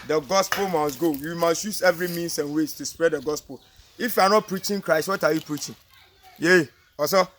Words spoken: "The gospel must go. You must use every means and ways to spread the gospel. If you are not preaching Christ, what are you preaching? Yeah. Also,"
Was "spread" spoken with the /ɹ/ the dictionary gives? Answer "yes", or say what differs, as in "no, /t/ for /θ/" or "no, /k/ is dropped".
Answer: yes